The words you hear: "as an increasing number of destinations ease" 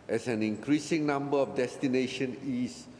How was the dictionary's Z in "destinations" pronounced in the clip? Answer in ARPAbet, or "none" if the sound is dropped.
none